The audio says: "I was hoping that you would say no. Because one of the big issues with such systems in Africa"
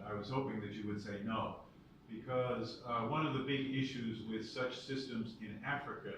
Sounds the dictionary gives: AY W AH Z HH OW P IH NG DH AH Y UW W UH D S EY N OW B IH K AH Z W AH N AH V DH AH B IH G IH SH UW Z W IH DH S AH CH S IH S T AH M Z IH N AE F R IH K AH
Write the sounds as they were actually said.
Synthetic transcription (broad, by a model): AY W AH Z HH OW P IH NG DH AH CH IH W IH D S EY N OW B IH K AH Z W AH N AH V DH AH B IH G IH SH UW Z W IH DH S AH CH S IH S T AH M Z IH N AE F R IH K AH